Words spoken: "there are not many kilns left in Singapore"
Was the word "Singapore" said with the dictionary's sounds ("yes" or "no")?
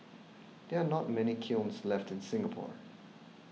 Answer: yes